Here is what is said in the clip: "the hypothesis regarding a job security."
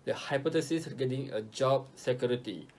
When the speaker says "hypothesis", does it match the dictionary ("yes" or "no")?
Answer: no